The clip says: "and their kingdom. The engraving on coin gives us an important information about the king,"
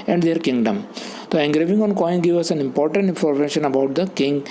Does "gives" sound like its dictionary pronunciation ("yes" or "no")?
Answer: no